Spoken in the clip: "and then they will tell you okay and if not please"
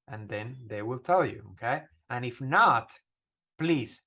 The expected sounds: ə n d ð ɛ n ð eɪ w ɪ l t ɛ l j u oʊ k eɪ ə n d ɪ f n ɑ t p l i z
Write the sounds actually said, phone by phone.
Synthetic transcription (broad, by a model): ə n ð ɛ n ð eɪ w ɪ l t ɛ l j u oʊ k eɪ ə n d ɪ f n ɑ t p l i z